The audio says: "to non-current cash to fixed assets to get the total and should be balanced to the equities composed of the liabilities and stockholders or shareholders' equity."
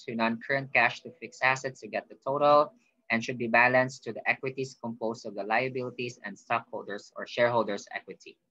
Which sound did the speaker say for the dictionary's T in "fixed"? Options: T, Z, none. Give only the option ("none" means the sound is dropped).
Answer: none